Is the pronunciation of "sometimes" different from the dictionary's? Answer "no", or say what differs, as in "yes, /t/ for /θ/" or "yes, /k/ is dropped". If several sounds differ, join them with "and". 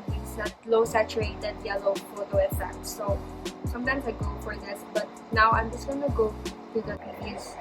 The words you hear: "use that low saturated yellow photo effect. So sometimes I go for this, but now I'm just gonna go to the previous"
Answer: yes, /s/ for /z/